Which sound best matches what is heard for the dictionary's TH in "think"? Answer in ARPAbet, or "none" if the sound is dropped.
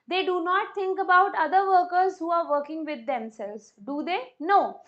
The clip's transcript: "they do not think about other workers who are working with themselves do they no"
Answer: T